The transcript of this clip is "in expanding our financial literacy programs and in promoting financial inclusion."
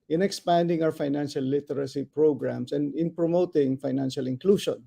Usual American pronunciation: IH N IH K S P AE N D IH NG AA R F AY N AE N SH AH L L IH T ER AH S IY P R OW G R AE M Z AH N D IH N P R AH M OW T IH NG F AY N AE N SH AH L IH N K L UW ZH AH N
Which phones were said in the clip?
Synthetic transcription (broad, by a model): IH N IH K S P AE N D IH NG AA W F AY N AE N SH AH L L IH T ER AH S IY P R OW G R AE M S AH N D IH N P R AH M OW T IH NG F AY N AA N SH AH L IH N K L UW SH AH N